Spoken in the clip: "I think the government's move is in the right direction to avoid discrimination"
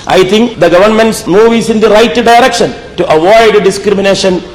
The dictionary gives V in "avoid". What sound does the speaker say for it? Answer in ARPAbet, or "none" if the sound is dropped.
V